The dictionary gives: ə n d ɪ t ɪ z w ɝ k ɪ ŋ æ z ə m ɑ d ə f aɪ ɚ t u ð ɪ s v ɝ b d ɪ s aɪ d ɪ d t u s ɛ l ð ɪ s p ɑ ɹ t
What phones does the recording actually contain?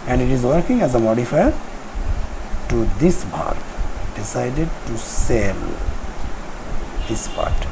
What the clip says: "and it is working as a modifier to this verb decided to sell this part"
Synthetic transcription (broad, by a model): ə n d ɪ t ɪ z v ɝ k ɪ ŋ æ z ə m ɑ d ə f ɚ t u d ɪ s p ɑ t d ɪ s aɪ d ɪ d t u s ɛ l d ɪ s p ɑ ɹ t